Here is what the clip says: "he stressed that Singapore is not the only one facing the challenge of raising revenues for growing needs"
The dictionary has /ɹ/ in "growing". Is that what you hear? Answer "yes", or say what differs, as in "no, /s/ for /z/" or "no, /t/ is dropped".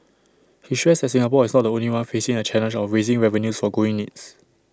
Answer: no, /ɹ/ is dropped